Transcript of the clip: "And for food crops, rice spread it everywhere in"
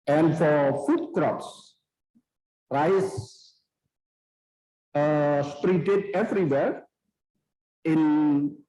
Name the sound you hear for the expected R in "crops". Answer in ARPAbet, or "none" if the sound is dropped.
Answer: R